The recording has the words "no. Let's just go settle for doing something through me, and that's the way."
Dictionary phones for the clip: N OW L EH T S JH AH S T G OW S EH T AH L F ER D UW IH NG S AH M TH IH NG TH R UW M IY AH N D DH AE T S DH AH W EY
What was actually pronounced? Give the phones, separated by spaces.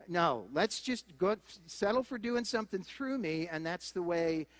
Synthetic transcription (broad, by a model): N OW L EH T S JH AH S T G OW S EH T L F ER D UW IH NG S AH M TH IH NG TH R UW M IY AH N DH AE T S DH AH W EY